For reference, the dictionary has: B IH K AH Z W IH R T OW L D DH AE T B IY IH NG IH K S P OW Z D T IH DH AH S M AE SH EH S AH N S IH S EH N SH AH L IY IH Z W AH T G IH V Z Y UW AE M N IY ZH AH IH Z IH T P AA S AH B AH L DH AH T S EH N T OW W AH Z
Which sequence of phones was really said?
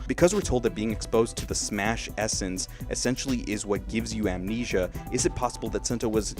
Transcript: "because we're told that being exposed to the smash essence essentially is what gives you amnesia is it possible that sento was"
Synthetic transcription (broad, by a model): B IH K AH Z W IH R T OW L D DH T B IY IH NG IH K S P OW Z T IH DH AH S M AE SH EH S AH N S IH S EH N SH L IY IH Z W AH T G IH V Z Y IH AE M N IY ZH AH IH Z IH T P AA S AH B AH L DH AH T S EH N T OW W AH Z